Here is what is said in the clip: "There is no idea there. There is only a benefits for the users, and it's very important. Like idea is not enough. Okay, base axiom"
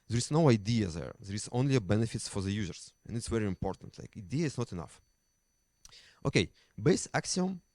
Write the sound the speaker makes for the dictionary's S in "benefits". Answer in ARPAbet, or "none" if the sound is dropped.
none